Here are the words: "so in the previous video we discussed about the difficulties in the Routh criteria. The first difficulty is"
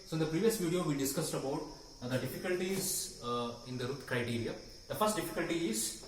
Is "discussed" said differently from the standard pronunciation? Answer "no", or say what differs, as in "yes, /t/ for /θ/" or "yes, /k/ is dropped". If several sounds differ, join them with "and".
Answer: no